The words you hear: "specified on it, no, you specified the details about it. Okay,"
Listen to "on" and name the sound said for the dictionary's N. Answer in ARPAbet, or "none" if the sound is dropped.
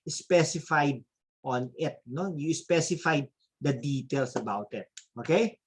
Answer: N